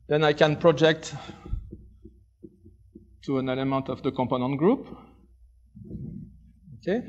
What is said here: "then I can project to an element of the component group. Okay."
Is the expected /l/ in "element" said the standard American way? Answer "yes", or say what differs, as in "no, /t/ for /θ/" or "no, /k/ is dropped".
yes